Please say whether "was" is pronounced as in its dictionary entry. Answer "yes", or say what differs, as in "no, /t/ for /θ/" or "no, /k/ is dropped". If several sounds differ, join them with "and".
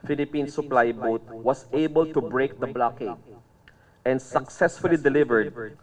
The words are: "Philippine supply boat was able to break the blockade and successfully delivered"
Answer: no, /s/ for /z/